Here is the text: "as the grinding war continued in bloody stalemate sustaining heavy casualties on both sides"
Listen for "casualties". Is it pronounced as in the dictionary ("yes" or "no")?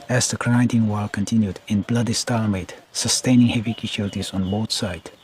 no